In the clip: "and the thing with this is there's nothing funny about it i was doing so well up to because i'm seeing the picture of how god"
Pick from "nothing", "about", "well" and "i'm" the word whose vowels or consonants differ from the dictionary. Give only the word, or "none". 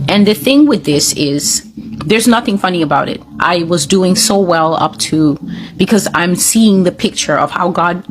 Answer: none